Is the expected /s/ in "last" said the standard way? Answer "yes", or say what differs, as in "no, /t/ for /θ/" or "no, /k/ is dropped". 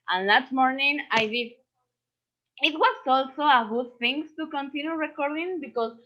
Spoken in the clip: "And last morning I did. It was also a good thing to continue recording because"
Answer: no, /s/ is dropped